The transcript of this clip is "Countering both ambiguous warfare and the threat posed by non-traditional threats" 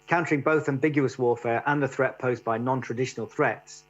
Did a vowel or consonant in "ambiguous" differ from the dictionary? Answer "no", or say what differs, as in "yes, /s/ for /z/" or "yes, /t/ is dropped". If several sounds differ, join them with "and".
no